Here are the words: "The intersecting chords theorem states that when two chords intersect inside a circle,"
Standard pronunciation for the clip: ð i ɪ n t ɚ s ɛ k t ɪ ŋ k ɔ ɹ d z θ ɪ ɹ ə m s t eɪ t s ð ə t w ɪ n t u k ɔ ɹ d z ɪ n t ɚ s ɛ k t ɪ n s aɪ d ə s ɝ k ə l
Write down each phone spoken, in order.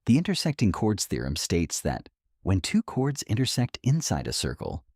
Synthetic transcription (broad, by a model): ð i ɪ n t ɚ s ɛ k t ɪ ŋ k ɔ ɹ d z θ ɪ ɹ ə m s t eɪ t s ð ə t w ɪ n t u k ɔ ɹ d z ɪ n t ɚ s ɛ k t ɪ n s aɪ d ə s ɝ k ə l